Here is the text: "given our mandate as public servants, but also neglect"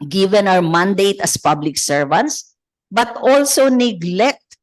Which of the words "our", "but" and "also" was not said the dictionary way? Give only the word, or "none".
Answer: our